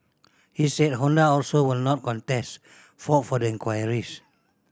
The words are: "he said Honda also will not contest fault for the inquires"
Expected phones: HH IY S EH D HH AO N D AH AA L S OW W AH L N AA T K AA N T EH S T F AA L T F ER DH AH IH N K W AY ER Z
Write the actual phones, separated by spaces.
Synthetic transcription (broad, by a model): HH IY S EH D HH AO N D AH AA L S OW W AH L N AA T K AA N T EH S T F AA T F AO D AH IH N K W AY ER S